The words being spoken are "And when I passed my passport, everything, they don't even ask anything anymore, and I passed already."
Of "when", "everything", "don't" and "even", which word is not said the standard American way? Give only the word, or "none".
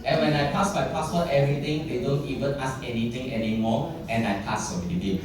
everything